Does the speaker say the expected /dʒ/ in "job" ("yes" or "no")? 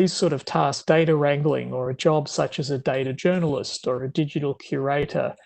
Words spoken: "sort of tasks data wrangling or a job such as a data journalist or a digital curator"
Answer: yes